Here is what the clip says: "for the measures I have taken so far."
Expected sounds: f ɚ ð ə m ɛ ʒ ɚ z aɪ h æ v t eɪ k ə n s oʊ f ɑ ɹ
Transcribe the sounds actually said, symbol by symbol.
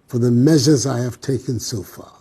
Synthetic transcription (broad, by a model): f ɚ ð ə m ɛ ʒ ɚ z aɪ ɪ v t eɪ k ə n s oʊ f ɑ ɹ